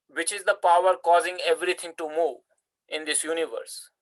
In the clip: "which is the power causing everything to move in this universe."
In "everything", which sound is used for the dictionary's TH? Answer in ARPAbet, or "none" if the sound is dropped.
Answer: T